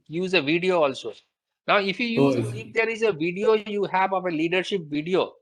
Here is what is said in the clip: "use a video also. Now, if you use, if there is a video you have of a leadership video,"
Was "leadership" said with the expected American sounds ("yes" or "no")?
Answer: yes